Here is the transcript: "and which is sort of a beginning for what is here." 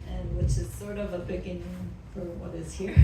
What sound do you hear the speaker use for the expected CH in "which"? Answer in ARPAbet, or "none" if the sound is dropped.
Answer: CH